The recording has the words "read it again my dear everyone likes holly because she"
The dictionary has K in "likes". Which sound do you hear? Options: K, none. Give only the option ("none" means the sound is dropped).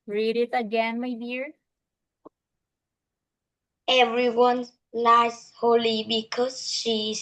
none